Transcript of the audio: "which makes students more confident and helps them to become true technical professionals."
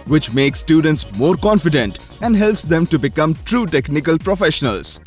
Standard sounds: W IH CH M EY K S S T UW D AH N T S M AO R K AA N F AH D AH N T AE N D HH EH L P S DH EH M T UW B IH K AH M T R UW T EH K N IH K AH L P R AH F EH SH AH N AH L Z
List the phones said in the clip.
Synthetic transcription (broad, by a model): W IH CH M EY K S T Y UW D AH N T S M AO R K AA N F AH D AH N T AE N D HH EH L P S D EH M T UW B IH K AH M T R UW T EH K N IH K AH L P R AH F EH SH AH N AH L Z